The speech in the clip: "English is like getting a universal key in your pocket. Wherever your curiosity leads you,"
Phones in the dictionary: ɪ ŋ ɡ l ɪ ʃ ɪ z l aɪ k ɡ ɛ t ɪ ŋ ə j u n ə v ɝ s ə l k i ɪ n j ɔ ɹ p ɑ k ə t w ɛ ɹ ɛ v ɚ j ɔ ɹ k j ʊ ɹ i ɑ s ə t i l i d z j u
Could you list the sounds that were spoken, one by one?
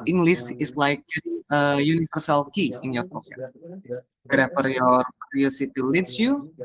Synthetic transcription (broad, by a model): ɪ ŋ ɡ l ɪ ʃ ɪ s l aɪ k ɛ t ə j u n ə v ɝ s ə l k i ɪ n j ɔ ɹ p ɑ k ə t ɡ ɹ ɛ f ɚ j ɔ ɹ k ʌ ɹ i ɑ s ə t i l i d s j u